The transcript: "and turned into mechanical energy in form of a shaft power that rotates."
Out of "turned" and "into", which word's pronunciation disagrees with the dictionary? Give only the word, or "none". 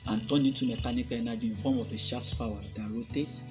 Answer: turned